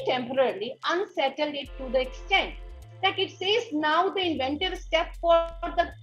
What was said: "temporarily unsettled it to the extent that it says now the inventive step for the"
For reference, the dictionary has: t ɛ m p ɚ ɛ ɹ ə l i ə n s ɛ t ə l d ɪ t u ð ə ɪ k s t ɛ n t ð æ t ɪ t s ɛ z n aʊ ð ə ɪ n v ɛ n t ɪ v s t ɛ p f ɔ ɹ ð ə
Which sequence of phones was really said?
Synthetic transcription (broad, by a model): t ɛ m p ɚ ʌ ɹ l i ə n s ɛ t ə l d ɪ t u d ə ɪ k s t ɛ n t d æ t ɪ t s ɛ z n aʊ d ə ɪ n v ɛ n t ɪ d s t ɛ p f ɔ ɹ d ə